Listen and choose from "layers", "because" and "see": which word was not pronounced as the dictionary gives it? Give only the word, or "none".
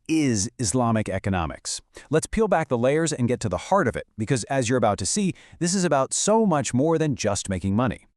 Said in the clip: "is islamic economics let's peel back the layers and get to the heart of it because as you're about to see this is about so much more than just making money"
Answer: none